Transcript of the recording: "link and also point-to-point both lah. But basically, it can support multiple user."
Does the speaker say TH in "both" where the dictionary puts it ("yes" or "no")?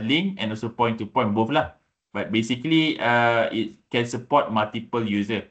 no